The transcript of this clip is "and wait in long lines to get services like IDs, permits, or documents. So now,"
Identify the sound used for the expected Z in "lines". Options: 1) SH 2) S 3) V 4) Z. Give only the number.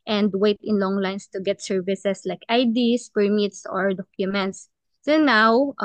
2